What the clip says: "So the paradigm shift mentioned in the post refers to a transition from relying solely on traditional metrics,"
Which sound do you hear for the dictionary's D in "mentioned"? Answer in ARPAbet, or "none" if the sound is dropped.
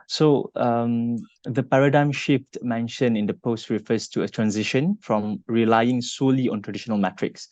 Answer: none